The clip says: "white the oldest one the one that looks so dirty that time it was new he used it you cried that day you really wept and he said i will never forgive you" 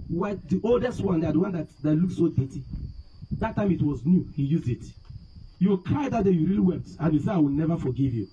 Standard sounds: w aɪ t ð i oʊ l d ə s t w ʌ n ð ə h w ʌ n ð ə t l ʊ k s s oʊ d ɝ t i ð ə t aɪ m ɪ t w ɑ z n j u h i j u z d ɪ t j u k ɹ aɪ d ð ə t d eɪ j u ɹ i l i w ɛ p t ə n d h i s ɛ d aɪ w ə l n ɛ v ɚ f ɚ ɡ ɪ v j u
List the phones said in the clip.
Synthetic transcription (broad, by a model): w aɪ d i oʊ l d ə s t w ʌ n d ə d w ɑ n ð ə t l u k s s oʊ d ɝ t i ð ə t aɪ m ɪ t w ɑ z n j u h i j u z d ɪ t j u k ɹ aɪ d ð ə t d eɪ j u ɹ i l i w ɛ p t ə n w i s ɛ aɪ w ə l n ɛ v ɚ f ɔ ɡ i v j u